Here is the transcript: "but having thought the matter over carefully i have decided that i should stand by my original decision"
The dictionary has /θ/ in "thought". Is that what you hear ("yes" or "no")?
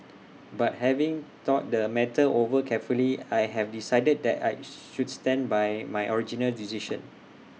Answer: no